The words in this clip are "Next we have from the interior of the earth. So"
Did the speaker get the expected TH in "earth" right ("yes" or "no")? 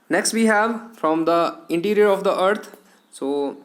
no